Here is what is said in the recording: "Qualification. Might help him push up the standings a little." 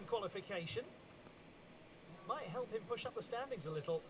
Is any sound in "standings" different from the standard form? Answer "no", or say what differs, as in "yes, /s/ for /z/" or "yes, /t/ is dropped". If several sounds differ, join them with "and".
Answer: no